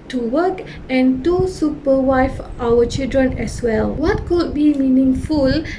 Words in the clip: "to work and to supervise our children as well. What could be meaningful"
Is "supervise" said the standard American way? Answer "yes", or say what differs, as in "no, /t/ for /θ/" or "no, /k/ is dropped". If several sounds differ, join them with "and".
no, /w/ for /v/